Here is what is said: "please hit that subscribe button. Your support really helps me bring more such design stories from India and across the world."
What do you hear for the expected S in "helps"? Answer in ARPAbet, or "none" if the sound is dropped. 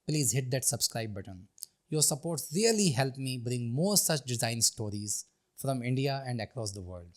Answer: none